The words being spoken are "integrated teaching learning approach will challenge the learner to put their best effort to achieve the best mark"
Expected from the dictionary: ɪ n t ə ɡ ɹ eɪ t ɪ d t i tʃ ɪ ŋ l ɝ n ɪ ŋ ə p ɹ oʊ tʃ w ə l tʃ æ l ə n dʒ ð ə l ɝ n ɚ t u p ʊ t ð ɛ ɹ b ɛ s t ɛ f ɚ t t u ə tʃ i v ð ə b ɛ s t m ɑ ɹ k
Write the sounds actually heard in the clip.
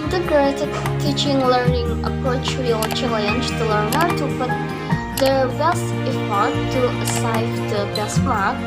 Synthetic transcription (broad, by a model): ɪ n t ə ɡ ɹ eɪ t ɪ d t i tʃ ɪ ŋ l ɝ n ɪ ŋ ə p ɹ oʊ tʃ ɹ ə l tʃ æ l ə n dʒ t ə l ɝ n ɚ t u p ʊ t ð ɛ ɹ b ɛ s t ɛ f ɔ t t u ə s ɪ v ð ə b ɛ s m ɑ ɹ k